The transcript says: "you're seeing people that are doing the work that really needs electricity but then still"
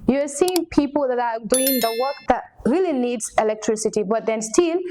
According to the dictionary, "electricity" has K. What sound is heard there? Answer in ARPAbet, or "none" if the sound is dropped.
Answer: K